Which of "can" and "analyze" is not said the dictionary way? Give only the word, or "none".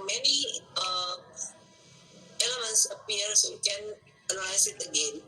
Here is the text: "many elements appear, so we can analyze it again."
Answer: analyze